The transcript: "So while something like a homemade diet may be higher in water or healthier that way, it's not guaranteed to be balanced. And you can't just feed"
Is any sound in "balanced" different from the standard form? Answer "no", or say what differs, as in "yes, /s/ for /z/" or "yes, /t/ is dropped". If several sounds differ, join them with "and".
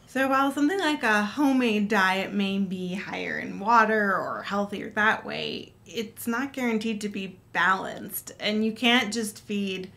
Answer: no